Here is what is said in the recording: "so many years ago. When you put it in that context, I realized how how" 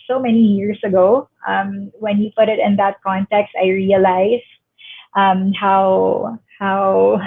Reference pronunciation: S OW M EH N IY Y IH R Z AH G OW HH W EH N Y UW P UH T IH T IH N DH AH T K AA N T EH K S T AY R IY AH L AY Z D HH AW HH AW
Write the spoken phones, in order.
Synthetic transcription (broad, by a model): S OW M EH N IY Y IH R S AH G OW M W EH N Y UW P UH T IH T IH N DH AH T K AA N T EH K S T AY R IY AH L AY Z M HH AW HH AW